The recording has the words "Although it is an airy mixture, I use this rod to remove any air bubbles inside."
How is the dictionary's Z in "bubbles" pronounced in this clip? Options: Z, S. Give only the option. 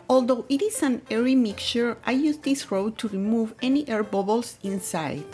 S